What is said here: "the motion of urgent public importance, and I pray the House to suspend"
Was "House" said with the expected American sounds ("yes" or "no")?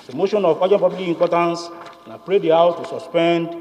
no